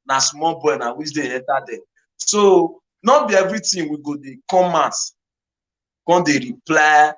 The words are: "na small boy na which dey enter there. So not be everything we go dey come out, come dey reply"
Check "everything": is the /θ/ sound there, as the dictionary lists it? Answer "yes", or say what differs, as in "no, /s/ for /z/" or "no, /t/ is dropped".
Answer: no, /t/ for /θ/